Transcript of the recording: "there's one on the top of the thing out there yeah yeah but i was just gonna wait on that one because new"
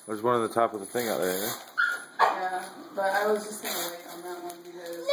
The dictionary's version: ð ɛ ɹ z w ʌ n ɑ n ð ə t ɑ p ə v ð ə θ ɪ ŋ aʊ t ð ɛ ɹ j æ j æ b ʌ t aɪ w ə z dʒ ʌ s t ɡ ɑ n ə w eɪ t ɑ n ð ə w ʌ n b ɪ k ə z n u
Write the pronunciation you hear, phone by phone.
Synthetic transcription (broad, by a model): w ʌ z w ʌ n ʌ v ð ə t ɑ p ə v ð ə θ ɪ ŋ aʊ t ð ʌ ɹ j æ j æ b ʌ t aɪ w ə z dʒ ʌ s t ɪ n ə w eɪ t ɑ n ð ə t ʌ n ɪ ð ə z